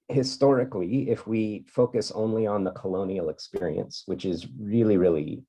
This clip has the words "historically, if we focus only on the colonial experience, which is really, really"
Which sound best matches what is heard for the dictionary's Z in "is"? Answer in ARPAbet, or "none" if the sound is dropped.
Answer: Z